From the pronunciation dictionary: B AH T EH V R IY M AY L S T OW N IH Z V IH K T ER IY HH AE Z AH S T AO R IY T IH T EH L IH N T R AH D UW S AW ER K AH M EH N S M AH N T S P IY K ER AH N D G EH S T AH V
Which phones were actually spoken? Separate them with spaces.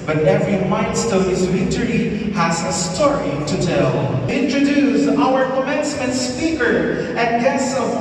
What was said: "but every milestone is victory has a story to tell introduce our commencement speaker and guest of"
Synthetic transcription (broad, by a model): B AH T EH V R IY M AY N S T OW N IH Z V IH T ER IY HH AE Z AH S T AO R IY T IH T EH L IH N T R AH D UW S AW ER K AH M EH N S M AH N T S P IY K ER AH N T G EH S AH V